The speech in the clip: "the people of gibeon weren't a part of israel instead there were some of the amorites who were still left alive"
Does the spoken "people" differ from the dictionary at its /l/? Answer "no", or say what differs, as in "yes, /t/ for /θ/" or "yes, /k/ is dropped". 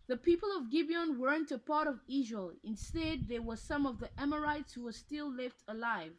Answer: no